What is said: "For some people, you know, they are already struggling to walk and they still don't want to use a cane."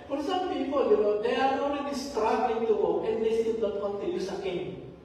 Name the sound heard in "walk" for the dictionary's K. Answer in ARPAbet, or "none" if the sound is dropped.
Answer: none